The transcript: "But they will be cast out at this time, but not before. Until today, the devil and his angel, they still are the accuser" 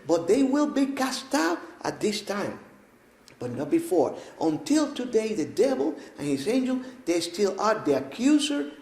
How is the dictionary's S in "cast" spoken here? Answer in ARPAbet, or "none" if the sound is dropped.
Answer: S